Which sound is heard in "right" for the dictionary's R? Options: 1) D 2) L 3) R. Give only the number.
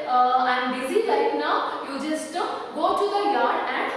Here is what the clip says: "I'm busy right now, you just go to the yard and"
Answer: 2